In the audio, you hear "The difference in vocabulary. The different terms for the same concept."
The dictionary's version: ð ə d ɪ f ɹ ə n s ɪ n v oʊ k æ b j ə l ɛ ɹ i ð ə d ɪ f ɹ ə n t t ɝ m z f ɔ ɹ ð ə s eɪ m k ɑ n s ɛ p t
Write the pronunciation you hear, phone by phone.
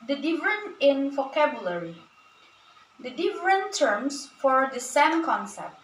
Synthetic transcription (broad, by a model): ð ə d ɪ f ɹ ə n ɪ n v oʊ k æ b j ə l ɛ ɹ i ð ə d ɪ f ɹ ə n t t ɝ m s f ɔ ɹ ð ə s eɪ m k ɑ n s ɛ p t